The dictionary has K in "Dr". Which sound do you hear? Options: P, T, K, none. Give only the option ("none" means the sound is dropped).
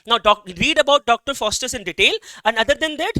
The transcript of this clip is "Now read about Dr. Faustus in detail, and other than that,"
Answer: K